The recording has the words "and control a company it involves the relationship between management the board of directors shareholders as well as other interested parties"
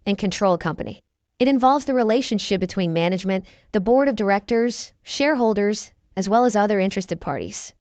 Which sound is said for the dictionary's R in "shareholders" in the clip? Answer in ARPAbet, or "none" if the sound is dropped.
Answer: R